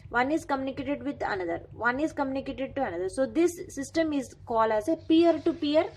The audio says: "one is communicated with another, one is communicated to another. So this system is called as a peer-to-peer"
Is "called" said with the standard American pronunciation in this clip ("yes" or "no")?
no